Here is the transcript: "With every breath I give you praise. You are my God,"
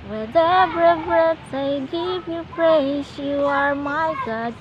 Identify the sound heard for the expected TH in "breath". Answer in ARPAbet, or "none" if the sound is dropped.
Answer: T